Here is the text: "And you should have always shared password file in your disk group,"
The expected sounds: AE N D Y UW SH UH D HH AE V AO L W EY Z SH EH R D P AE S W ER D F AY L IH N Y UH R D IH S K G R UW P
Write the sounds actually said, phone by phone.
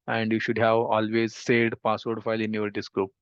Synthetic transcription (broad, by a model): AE N D Y UW SH UH D HH AE V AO L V EY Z S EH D P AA S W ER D F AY L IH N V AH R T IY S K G R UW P